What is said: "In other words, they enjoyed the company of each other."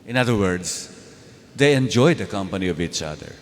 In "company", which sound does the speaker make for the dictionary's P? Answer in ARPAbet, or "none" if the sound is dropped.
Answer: P